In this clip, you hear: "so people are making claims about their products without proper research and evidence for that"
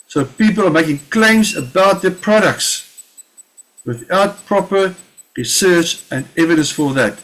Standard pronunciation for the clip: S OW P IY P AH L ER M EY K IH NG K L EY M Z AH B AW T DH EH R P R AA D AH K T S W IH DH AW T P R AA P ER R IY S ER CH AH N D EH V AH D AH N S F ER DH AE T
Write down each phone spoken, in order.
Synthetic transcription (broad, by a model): S OW P IY P AH L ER M EY K IH NG K L EY M Z AH B AW T DH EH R P R AA D AH K T S W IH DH AW T P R AA P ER R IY S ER CH AH N D EH V AH D AH N S F ER DH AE T